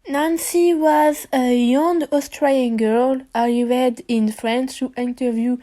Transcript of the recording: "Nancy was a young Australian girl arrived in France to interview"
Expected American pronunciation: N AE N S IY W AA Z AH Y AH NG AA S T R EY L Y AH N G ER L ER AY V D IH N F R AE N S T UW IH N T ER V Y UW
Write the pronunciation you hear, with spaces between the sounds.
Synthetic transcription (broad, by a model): N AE N S IY W AA Z AH Y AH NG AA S T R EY Y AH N G ER L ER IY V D IH N F R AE N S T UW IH N T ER V Y UW